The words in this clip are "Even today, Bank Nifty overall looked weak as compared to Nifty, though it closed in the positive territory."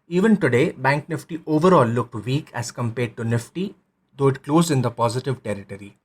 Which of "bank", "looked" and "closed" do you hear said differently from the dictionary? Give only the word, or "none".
closed